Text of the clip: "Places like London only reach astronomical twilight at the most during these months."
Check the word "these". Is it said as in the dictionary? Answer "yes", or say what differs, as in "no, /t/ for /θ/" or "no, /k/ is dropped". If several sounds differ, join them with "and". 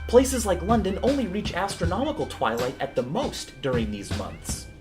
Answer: yes